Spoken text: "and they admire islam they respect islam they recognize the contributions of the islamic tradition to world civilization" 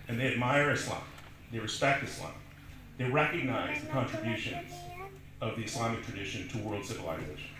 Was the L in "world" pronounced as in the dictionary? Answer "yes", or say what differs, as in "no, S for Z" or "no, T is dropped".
yes